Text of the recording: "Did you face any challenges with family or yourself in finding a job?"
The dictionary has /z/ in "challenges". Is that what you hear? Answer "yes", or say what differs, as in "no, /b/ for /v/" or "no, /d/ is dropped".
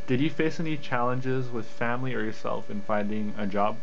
yes